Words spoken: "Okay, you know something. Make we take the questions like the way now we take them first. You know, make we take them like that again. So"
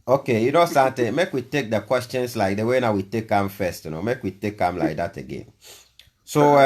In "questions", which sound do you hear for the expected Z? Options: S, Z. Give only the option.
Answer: S